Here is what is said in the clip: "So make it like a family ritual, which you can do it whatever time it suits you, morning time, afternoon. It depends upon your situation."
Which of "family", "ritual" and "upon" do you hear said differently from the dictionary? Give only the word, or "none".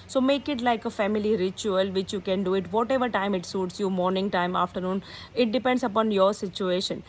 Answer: none